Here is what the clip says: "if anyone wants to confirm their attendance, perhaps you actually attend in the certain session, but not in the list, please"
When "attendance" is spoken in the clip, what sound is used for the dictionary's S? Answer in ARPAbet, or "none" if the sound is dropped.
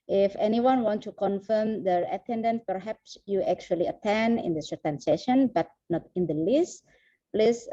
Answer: none